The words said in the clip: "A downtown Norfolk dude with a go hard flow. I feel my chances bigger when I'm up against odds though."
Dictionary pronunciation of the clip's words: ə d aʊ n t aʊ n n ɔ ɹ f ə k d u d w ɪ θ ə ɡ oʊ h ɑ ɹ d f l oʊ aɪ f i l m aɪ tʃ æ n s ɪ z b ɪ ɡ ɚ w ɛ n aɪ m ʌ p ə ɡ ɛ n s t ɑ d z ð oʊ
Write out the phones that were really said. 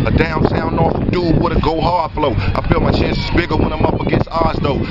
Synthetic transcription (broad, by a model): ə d aʊ n s aʊ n n ɔ ɹ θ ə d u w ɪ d ə ɡ oʊ h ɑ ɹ f l oʊ aɪ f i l m aɪ tʃ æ n s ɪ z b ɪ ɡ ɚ w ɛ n aɪ m ʌ p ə ɡ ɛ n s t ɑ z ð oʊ